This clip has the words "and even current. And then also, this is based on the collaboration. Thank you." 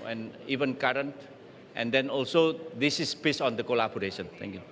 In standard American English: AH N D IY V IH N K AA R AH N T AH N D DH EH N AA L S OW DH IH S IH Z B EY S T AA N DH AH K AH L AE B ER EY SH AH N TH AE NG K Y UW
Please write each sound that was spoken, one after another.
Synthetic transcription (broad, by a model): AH N IY V IH N K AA R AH N T AH N D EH N AA L S OW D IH S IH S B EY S AA N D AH K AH L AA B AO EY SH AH N T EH NG K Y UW